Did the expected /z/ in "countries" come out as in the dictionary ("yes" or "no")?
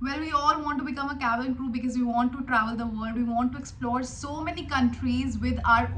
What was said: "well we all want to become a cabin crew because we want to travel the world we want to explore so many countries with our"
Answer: yes